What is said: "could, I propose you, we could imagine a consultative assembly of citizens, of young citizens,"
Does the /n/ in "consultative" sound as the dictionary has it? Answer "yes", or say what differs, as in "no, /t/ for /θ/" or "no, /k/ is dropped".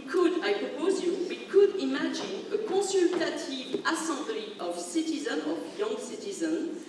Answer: no, /n/ is dropped